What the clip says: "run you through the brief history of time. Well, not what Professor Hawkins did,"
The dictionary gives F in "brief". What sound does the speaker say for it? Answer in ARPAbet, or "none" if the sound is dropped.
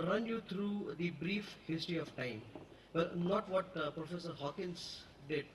F